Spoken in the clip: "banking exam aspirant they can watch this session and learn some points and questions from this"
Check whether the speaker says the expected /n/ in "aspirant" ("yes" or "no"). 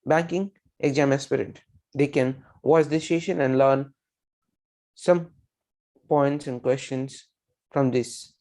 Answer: no